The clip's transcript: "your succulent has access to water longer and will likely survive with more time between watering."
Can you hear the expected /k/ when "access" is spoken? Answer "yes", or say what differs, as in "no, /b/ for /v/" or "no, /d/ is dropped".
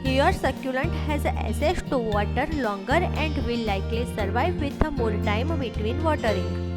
no, /k/ is dropped